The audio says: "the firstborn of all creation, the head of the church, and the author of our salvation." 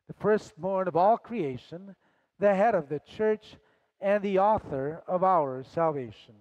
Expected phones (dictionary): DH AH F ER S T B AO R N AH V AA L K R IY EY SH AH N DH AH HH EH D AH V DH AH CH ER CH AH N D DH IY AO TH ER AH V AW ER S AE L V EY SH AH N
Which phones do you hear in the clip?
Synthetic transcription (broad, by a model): DH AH F ER S T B AO R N AH V AA L K R IY EY SH AH N DH AH HH EH D AH V DH AH CH ER CH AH N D DH IY AO TH ER AH V AW ER S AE L V EY SH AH N